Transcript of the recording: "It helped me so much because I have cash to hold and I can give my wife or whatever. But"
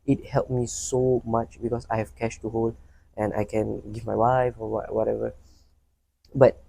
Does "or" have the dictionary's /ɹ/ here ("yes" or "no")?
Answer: no